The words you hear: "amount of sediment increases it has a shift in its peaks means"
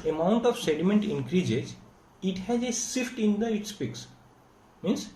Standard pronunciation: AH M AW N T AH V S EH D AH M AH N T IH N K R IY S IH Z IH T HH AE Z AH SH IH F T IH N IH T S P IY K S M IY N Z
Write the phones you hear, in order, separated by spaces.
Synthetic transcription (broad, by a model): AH M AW N T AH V S EH D AH M AH N T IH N K R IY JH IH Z IH T HH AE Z AH S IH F T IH N IH T S P IY K S M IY N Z